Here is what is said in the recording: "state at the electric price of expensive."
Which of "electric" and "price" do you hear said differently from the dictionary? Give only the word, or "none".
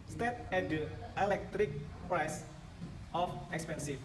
none